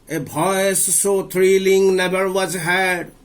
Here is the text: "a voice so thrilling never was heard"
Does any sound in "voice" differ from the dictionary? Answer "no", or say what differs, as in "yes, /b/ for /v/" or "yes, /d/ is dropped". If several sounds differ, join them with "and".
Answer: yes, /b/ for /v/